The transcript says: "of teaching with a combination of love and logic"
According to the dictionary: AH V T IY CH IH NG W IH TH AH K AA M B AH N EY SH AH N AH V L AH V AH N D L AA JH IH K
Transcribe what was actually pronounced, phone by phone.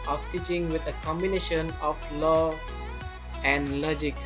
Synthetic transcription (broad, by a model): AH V T IY CH IH NG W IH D AH K AA M B AH N EY SH AH N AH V L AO AH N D L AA JH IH K